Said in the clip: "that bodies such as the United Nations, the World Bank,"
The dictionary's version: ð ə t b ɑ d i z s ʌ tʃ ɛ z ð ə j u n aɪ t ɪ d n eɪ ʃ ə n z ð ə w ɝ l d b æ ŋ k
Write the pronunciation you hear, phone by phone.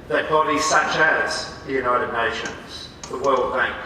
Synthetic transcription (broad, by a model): ð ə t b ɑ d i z s ʌ tʃ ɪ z ð ə j u n aɪ t ɪ d n eɪ ʃ ə n z ð ə w ɝ l d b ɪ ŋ